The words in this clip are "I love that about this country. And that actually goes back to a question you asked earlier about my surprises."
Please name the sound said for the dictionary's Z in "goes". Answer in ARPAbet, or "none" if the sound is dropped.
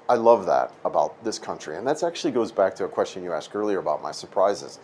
Z